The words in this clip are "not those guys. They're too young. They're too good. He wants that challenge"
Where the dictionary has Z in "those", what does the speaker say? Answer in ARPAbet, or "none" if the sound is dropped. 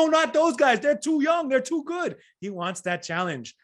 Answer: Z